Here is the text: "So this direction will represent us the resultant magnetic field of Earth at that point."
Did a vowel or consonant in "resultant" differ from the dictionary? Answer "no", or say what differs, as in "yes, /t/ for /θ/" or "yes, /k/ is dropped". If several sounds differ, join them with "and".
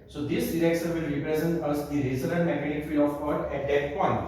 yes, /l/ is dropped